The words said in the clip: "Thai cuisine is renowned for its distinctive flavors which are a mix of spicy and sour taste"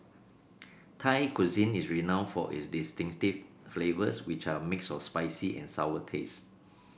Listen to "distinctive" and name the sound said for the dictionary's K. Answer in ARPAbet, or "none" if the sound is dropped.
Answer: none